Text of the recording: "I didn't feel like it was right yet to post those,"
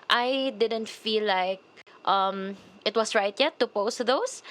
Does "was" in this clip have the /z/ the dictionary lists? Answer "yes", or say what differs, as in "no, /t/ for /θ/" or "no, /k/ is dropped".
no, /s/ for /z/